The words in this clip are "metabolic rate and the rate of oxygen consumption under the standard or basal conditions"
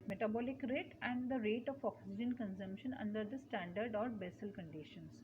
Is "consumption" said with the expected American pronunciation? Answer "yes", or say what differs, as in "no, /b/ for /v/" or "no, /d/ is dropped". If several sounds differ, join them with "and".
yes